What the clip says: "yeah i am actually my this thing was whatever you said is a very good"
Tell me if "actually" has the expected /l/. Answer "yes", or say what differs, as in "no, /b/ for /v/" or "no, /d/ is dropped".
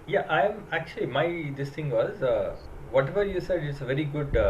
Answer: yes